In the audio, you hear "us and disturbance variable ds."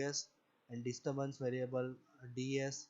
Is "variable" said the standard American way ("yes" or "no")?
yes